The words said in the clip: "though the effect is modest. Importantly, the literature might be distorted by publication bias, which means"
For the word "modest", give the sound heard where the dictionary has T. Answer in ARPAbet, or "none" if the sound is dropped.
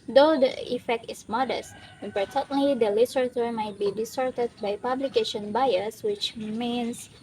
T